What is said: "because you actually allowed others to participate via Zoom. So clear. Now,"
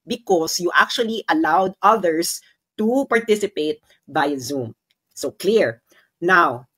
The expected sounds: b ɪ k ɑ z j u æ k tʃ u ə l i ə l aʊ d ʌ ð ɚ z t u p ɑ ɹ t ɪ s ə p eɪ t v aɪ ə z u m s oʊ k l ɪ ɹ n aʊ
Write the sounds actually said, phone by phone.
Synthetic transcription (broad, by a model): b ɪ k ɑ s j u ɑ k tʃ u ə l i ə l aʊ d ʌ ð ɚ s t u p ɑ ɹ t ɪ s ə p eɪ t b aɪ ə z u m s oʊ k l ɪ ɹ n aʊ